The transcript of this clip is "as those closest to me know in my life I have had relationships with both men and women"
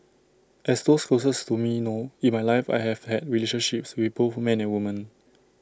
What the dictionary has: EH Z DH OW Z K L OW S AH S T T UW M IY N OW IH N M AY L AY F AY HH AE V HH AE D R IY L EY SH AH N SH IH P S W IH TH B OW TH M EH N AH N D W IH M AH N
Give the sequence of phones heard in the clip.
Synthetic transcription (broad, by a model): EH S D OW S K L OW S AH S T T UW M IY N OW IH N M AY L AY F AY HH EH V HH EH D R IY L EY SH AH N SH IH P S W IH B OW F M EH N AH N W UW M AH N